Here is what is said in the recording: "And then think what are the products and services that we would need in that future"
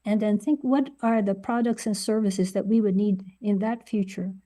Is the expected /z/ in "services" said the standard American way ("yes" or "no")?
yes